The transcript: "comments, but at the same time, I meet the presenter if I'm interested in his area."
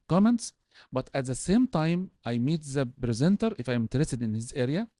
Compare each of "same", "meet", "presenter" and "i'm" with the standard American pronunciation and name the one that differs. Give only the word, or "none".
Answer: none